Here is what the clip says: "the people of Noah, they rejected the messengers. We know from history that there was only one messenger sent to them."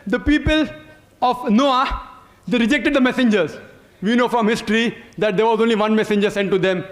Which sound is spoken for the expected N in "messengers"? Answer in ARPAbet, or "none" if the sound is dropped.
N